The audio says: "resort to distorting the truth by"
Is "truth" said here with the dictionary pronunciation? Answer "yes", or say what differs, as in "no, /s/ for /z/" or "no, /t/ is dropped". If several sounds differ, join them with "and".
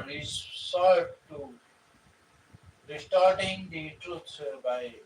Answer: no, /s/ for /θ/